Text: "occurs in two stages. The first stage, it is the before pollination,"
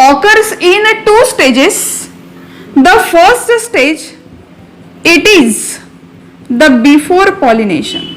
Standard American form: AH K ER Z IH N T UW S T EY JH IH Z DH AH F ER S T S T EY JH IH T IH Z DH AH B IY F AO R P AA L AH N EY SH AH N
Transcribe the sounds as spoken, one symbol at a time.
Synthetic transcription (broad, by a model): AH K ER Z IH N T UW S T EY JH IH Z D AH F ER S T S T EY JH IH T IH Z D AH B IY F AO R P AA L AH N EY SH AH N